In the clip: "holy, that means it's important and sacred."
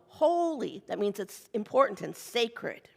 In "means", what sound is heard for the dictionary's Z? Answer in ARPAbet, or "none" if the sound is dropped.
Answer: Z